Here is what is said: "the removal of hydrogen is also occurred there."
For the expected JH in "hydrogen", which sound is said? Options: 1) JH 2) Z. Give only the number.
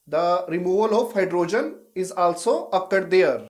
1